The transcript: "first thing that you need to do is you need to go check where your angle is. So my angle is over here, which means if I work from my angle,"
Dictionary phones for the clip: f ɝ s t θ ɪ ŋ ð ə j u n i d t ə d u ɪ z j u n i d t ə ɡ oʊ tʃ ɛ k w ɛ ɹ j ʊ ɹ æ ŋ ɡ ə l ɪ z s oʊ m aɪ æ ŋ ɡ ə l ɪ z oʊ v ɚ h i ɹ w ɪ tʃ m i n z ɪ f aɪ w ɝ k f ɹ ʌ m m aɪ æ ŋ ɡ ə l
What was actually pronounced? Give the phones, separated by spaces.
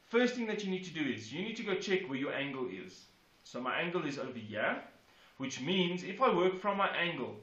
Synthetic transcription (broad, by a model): f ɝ s t θ ɪ ŋ ð ə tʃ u n i d t ə d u ɪ z j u n i d t ə ɡ oʊ tʃ ɛ k w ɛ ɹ j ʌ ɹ æ ŋ ɡ ə l ɪ z s oʊ m aɪ æ ŋ ɡ ə l ɪ z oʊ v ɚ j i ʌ w ɪ tʃ m i n z ɪ f aɪ w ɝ k f ɹ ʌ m m aɪ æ ŋ ɡ ə l